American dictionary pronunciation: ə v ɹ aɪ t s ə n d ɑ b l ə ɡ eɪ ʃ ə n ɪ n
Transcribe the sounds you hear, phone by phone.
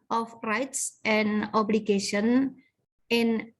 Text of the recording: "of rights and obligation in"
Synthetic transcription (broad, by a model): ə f ɹ aɪ t s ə n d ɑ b l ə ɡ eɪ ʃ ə n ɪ n